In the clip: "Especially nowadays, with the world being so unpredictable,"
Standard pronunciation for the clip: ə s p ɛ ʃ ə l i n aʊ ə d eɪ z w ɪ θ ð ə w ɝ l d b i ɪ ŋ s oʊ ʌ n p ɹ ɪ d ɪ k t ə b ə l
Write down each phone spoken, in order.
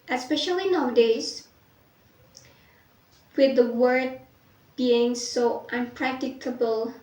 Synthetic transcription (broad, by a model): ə s p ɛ ʃ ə l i n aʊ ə d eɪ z w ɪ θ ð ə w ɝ d b i ɪ ŋ s oʊ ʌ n p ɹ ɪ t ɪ k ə b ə l